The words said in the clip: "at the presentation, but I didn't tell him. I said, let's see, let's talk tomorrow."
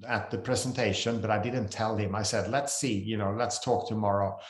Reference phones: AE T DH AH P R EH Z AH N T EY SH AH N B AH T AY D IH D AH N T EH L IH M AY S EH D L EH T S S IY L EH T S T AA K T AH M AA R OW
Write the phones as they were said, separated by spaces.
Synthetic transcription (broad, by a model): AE T DH AH P R EH Z AH N T EY SH AH N B AH T AY D IH D N T EH L IH M AY S EH D L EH T S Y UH L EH T S T AA K T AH M AA R OW